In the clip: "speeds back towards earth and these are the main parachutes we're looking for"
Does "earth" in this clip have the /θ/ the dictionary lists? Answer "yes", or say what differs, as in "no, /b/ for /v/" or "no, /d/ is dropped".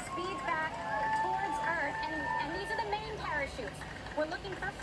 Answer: yes